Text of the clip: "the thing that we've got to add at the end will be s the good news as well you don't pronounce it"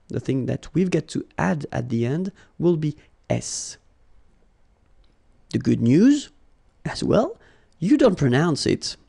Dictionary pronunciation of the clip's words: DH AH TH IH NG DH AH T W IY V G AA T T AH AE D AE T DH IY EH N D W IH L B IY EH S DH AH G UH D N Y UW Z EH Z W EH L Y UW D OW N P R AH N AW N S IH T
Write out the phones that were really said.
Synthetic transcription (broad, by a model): DH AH TH IH NG DH AH T W IY V G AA T T AE D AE T DH IY EH N D W IH L B IY EH S DH AH G UH D N Y UW Z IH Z W EH L Y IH D OW N P R AH N AW N S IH T